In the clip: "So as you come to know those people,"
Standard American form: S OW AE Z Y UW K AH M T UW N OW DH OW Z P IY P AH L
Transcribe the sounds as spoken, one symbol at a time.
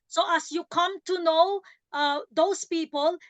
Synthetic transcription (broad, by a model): S OW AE S Y UW K AH M T UW N OW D OW S P IY P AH L